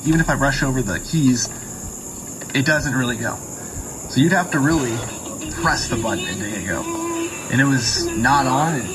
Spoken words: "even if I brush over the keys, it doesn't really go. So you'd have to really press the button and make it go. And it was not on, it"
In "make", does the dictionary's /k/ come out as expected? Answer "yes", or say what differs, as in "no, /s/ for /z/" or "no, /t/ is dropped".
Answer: no, /k/ is dropped